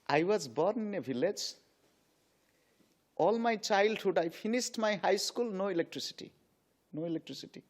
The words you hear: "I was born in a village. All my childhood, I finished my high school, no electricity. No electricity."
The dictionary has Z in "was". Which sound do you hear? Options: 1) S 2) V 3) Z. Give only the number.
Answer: 3